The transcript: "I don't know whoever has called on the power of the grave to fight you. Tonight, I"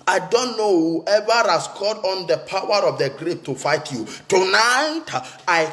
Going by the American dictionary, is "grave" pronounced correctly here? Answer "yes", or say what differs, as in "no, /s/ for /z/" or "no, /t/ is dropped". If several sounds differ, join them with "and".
no, /p/ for /v/